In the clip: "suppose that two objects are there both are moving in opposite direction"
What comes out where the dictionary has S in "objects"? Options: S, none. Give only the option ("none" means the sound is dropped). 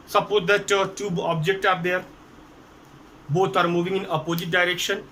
none